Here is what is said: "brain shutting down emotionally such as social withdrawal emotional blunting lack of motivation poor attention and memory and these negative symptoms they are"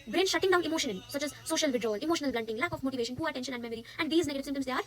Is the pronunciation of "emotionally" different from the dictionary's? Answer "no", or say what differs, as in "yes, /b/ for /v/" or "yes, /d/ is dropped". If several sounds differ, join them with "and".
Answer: yes, /n/ is dropped and /n/ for /l/